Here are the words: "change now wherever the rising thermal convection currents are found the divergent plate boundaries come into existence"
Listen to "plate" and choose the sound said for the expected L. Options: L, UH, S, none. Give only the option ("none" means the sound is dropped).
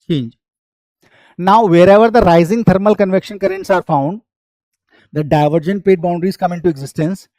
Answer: none